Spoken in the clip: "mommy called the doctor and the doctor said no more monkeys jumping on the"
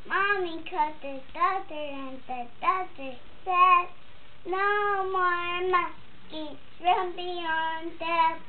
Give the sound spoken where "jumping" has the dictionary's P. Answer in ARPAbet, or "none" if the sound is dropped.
B